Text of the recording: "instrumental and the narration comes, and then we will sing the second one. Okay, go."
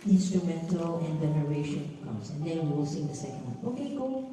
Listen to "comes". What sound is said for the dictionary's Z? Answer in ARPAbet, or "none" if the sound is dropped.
S